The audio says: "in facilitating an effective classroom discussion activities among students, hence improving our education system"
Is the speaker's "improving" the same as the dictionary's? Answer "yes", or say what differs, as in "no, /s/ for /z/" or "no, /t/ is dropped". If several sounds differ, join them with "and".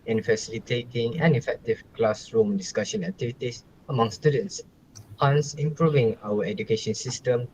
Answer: yes